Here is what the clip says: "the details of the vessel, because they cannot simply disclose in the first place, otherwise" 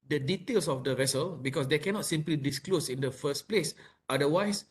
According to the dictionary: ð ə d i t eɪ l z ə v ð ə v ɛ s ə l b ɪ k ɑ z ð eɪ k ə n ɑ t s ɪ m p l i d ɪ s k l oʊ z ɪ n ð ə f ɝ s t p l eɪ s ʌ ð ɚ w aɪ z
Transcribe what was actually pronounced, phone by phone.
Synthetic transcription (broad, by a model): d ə d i t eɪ l s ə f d ə v ɛ s ə l b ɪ k ɑ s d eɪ k ə n ɑ t s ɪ m p l i d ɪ s k l oʊ s ɪ n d ə f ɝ s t p l eɪ s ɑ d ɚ w aɪ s